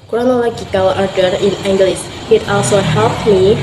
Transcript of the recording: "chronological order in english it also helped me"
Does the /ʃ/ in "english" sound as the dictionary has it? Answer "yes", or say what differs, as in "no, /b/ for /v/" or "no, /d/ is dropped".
no, /s/ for /ʃ/